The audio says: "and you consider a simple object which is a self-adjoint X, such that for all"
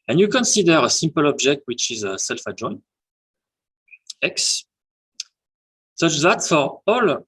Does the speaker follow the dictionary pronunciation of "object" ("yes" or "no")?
yes